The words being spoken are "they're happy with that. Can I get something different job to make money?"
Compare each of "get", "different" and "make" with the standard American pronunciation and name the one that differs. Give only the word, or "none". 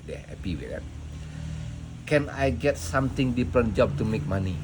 different